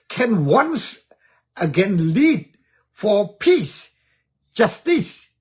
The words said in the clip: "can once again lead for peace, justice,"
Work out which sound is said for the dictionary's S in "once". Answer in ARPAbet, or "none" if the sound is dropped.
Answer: S